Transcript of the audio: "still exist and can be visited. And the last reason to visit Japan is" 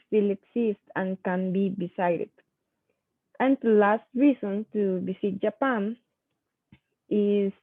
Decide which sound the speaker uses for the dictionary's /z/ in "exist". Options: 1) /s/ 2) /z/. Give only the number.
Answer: 1